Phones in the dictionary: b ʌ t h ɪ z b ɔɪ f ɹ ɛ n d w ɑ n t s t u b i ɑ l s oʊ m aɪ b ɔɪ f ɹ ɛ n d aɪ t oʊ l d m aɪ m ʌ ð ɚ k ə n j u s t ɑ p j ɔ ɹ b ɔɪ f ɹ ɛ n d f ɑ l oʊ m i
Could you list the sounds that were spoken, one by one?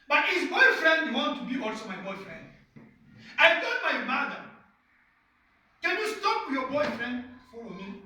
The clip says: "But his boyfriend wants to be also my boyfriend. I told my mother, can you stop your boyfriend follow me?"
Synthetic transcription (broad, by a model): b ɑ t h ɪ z b ɔɪ f ɹ ɛ n d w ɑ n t t u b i ɑ l s oʊ m aɪ b ɔɪ f ɹ ɛ n d aɪ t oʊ d m aɪ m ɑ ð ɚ k ə n j u s t ɑ p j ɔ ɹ b ɔɪ f ɹ ɛ n d f ɑ l oʊ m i